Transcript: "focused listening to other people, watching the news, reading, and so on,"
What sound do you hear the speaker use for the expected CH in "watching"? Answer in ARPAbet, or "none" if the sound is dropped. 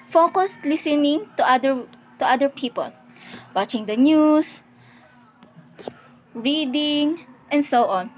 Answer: CH